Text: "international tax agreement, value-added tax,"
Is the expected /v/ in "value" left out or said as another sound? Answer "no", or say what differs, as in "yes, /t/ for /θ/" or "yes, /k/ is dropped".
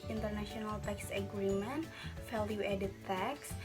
yes, /f/ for /v/